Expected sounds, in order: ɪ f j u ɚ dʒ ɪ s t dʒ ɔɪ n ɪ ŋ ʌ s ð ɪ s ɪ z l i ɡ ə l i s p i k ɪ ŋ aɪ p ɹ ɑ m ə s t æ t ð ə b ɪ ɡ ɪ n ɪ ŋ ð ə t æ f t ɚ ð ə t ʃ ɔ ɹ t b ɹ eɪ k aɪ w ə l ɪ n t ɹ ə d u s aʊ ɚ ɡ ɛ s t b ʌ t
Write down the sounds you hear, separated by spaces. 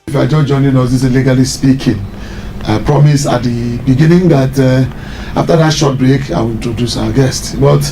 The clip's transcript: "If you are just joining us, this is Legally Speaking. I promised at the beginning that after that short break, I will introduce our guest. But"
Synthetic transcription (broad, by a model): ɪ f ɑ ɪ dʒ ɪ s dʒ ɔɪ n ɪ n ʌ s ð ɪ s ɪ l i ɡ ə l i s p i k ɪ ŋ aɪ p ɹ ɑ m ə s ɑ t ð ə b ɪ ɡ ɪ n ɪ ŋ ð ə t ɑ f t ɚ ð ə t ʃ ɔ t b ɹ eɪ k aɪ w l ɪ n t ɹ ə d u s aʊ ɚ ɡ ɛ s t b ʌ t